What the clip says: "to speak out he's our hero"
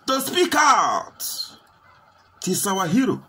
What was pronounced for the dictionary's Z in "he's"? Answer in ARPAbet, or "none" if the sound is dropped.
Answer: S